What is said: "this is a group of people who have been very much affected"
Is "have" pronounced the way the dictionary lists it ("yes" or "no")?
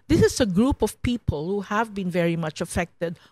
yes